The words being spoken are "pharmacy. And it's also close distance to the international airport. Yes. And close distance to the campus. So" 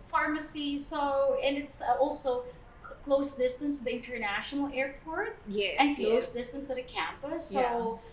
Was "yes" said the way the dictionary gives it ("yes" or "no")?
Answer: no